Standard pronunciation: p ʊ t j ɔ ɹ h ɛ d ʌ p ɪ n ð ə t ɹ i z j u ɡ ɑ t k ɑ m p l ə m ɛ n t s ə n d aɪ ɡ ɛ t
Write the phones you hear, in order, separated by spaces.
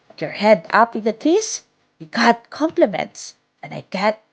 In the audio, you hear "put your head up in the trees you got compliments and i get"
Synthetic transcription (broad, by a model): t j ɔ ɹ h ɛ d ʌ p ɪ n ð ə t i s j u ɡ ɑ t k ɑ m p l ə m ɛ n t s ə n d aɪ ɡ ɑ t